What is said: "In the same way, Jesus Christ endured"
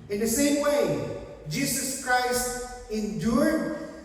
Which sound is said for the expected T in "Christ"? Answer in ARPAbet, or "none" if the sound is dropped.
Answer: T